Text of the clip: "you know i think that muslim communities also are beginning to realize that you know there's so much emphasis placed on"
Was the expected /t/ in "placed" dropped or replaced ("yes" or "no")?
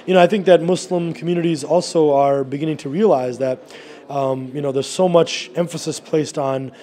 no